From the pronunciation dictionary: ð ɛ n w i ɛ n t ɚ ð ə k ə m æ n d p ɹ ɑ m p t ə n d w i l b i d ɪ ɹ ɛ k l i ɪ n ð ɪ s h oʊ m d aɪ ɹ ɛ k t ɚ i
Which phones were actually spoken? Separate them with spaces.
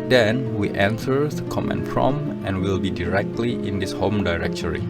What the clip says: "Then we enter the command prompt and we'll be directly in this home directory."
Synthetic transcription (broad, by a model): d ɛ n w i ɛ n s ɚ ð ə k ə m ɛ n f ɹ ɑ m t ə n w i l b i d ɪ ɹ ɛ k l i ɪ n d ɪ s h oʊ m d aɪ ɹ ɛ k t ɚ i